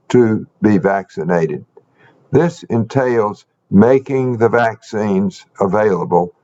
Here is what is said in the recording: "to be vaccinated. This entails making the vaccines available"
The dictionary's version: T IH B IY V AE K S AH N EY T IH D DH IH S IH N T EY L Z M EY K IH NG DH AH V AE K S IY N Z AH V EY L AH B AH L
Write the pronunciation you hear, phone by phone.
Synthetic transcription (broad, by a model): T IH B IY V AE K S AH N EY T IH D DH IH S IH N T EY L Z M EY K IH NG DH AH V AE K S IY N Z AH V EY L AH B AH L